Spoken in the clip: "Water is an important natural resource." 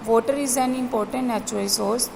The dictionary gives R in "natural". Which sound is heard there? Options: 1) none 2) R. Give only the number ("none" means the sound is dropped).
1